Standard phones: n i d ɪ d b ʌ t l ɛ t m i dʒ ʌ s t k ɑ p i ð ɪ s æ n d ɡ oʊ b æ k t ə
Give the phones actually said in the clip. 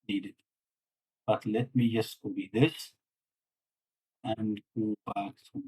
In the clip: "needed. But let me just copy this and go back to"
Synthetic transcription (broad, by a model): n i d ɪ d b ʌ t l ɛ t m i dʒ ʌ s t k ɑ b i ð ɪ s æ n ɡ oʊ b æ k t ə